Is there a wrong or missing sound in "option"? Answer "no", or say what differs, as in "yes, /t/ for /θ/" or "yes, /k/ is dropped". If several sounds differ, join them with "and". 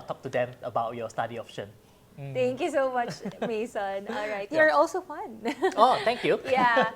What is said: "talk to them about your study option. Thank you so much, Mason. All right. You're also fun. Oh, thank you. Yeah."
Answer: yes, /f/ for /p/